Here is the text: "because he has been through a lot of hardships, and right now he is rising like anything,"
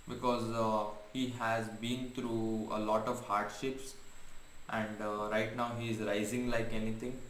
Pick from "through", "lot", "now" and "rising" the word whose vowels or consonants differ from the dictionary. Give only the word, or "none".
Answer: through